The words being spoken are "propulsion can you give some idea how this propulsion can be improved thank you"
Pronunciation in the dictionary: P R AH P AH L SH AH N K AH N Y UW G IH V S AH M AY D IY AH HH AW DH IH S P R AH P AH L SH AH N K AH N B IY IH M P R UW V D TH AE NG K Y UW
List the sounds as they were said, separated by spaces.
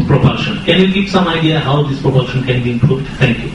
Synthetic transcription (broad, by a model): P R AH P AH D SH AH N K AH N Y UW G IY P S AH M AY D IY AH HH AW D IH S P R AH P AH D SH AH N K AH N B IY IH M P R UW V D T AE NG K Y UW